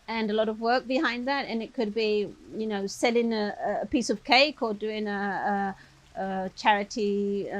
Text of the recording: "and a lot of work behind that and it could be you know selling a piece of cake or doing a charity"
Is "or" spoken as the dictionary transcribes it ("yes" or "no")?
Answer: no